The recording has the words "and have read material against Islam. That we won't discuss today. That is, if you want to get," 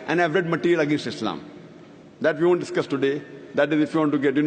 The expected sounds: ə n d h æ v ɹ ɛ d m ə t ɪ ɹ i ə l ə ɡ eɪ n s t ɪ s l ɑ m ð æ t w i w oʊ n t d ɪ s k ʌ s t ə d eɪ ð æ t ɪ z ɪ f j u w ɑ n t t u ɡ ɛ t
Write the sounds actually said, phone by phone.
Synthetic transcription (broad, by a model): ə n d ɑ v ɹ ɛ d m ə t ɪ ɹ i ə l ə ɡ eɪ n s t ɪ s l ɑ m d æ t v i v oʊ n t d ɪ s k ʌ s t ə d eɪ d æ t ɪ z ɪ f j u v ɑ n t t u ɡ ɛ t